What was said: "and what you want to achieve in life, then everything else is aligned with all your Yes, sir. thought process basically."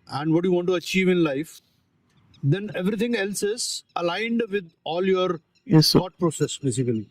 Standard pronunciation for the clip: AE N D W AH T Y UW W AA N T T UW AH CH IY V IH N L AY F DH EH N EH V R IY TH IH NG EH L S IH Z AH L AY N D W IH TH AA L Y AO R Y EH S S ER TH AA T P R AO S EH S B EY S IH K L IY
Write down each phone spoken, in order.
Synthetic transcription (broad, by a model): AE N D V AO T Y UW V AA N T T UW AH CH IY V IH N L AY F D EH N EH V R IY T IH NG EH L S IH Z AH L AY N D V IH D AA L Y AO R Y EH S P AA T P R AO S EH S B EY S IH K L IY